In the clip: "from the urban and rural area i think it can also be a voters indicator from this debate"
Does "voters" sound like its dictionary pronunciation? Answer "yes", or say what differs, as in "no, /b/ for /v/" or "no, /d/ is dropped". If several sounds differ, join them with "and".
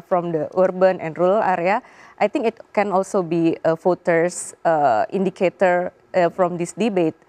no, /f/ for /v/ and /s/ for /z/